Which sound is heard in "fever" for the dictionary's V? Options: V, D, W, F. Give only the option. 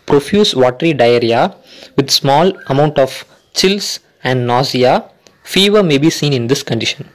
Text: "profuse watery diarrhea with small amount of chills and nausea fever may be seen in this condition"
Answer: V